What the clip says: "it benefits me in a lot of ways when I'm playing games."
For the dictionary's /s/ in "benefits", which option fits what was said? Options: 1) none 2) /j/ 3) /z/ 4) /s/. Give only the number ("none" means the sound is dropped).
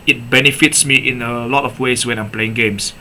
4